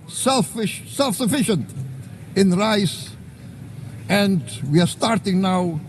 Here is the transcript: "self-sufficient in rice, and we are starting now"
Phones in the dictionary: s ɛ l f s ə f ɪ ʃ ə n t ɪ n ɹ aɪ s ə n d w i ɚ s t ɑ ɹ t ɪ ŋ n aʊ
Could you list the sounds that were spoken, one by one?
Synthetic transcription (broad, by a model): s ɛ l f s ə f ɪ ʃ ə n t ɪ n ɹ aɪ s ə n d w i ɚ s t ɑ ɹ t ɪ ŋ n aʊ